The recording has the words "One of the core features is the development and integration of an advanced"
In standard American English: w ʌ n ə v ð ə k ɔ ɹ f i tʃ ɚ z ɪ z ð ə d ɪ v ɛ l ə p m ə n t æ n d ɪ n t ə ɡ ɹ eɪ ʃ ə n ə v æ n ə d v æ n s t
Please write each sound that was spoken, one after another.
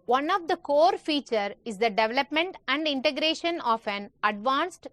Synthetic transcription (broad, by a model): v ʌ n ə v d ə k ɔ ɹ f i tʃ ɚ ɪ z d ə d ɪ v ɛ l ə p m ə n t æ n d ɪ n t ə ɡ ɹ eɪ ʃ ə n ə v æ n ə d v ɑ n s t